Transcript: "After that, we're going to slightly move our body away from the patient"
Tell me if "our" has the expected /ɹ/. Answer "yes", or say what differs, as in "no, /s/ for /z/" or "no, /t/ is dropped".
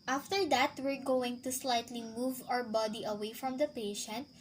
yes